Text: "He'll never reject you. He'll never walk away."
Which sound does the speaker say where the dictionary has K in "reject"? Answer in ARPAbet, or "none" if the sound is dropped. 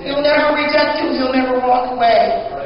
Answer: none